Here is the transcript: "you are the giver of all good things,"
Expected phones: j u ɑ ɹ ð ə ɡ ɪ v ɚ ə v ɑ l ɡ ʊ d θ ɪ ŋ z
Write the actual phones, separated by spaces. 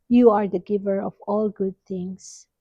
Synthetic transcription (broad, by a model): j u ɑ ɹ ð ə ɡ ɪ v ɚ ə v ɑ l ɡ ʊ d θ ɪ ŋ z